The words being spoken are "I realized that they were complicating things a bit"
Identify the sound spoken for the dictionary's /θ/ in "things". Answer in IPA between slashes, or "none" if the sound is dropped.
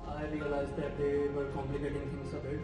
/f/